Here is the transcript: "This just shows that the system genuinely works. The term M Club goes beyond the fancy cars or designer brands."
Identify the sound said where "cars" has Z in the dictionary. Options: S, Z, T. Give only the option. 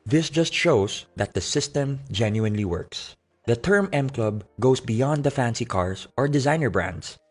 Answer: S